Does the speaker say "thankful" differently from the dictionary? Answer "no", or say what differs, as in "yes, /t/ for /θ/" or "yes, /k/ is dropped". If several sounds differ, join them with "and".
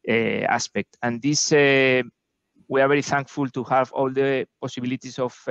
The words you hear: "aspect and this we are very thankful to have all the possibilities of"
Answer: no